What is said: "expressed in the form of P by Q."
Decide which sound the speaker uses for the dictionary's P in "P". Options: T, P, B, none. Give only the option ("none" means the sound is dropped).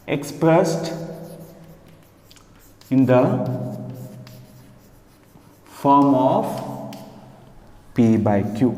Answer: P